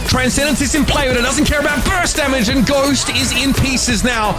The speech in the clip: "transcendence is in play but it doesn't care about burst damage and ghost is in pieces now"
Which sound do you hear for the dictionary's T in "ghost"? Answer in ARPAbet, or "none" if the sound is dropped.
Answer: T